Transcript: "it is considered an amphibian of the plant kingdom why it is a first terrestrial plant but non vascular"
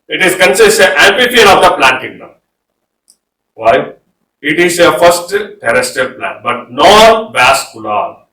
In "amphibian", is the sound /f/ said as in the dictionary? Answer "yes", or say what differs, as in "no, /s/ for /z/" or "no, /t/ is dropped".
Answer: no, /p/ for /f/